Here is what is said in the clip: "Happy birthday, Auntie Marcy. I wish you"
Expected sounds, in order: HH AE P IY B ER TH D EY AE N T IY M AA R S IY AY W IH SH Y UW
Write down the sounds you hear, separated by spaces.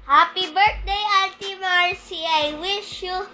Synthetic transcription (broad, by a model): HH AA P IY B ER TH D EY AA L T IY M AA R S IY AY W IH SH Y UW